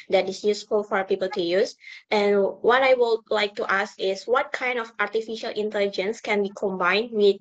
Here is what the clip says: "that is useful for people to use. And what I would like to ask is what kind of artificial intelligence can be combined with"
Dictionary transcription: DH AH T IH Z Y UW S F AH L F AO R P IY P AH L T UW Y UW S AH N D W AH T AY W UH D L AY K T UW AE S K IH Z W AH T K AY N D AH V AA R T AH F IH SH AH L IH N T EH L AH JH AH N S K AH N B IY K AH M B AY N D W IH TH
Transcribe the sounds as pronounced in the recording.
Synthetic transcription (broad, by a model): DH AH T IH S Y UW S F AH L F AO R P IY P AH L T UW Y UW S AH N W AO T AY W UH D L AY K T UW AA S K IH S W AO T K AY N D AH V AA R T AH F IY SH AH L IH N T EH L AH JH AH N S K AH N B IY K AH M B AY N D W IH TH